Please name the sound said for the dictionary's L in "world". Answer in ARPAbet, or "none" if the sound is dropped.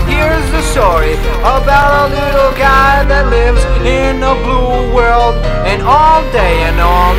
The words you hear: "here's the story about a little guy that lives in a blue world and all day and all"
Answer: L